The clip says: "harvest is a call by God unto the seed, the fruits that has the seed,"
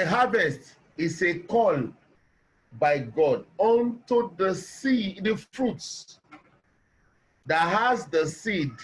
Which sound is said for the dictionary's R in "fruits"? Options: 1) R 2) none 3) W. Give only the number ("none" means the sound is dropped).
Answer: 1